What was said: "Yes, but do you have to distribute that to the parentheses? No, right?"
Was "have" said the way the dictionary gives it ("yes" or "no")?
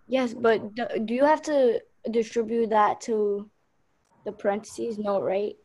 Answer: no